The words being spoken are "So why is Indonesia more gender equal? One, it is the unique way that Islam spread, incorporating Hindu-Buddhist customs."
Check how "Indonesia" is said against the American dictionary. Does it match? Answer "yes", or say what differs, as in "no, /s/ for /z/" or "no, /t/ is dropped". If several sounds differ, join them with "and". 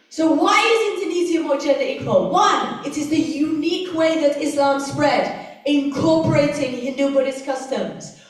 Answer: no, /z/ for /ʒ/